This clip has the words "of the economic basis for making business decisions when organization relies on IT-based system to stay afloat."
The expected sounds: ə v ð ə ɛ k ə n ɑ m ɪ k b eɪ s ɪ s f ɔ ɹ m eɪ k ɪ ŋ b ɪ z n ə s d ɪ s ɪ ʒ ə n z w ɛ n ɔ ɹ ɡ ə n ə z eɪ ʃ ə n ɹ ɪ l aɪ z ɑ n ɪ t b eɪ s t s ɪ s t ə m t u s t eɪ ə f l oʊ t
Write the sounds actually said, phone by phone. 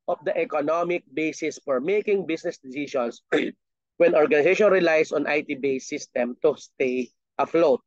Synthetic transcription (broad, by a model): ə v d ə ɛ k ə n ɑ m ɪ k b eɪ s ɪ s f ɔ ɹ m eɪ k ɪ ŋ b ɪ s n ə s d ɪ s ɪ ʃ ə n s w ɛ n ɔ ɹ ɡ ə n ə s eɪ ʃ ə n ɹ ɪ l aɪ s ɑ n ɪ t b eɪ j s ɪ s t ə m t u s t eɪ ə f l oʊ t